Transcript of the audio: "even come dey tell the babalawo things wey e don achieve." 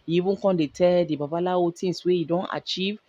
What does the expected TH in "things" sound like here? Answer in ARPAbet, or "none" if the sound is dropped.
T